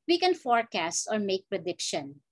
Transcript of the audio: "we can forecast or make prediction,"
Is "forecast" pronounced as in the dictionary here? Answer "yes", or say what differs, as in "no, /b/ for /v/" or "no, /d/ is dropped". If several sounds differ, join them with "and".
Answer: yes